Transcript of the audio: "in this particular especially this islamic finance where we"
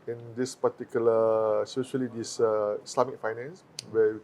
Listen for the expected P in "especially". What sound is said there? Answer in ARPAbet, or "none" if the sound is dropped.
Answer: none